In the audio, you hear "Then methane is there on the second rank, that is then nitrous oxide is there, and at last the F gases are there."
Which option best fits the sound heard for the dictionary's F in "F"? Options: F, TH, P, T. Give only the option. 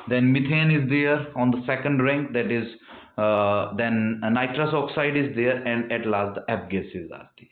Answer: P